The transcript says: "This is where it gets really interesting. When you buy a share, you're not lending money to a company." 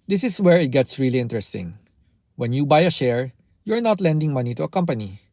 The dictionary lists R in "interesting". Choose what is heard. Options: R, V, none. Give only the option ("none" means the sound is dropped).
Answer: R